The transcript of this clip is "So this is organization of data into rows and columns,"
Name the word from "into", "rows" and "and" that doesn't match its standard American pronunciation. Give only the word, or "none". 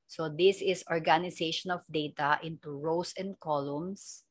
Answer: rows